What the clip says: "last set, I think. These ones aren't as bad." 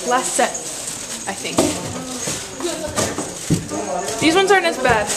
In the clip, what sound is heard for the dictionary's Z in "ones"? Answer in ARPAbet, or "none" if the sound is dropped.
Z